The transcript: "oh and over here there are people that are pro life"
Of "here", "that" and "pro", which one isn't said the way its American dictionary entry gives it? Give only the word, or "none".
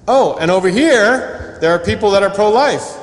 none